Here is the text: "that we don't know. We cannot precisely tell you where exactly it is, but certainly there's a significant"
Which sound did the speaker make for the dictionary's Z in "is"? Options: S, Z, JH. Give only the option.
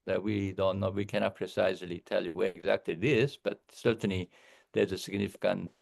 S